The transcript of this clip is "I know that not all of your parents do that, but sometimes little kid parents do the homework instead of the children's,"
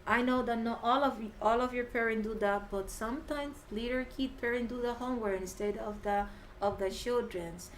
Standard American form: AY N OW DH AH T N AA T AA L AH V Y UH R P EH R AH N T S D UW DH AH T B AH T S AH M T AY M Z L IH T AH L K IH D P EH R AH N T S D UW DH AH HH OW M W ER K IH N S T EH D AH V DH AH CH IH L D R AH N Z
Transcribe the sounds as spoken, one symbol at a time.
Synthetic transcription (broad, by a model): AY N OW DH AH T N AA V AA L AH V Y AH R P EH R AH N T D UW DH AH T B AH T S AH M T AY M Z L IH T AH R K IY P P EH R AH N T D UW DH AH HH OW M W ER IH N S T EH D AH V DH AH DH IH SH D R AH N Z